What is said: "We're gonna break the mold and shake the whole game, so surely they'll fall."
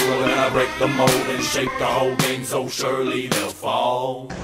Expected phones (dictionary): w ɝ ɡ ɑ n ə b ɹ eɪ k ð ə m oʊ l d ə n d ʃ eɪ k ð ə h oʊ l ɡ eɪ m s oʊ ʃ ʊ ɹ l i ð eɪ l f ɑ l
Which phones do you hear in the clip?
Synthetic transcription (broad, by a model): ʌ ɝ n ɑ ə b ɹ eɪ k ð ə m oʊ d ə n ʃ eɪ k ð ə h oʊ l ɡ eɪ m s oʊ ʃ ʊ ɹ l i ð eɪ l f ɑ l